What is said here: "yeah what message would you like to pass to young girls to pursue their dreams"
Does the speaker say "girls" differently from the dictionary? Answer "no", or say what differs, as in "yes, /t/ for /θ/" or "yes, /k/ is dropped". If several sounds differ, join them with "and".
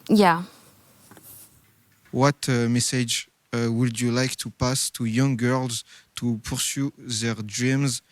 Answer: no